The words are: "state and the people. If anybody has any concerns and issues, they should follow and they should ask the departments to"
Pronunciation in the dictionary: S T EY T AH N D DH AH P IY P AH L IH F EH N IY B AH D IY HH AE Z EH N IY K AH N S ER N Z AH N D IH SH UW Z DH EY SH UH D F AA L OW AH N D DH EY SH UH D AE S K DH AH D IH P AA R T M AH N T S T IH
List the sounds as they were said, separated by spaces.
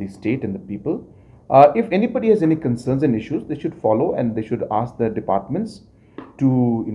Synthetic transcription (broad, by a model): S T EY T AH N D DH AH P IY P AH L IH F EH N IY B AH D IY HH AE Z EH N IY K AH N S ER N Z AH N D IH SH UW Z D EY SH UH D F AA L OW AH N D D EY SH UH D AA S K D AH D IH P AA R T M AH N T S T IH